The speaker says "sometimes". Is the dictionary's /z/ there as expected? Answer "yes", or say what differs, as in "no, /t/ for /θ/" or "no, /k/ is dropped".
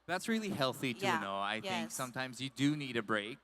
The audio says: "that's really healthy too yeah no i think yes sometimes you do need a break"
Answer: yes